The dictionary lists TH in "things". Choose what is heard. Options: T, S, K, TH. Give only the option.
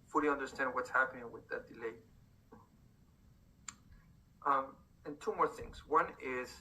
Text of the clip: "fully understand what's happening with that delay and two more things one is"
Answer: TH